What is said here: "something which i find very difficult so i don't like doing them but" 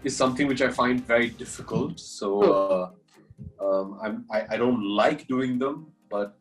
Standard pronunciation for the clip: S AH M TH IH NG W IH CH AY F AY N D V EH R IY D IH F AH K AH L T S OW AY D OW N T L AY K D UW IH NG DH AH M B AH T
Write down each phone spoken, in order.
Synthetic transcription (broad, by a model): S AH M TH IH NG W IH CH AY F AY N D V EH R IY D IH F AH K AH L T S OW AY D OW N T L AY K D UW IH NG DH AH M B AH T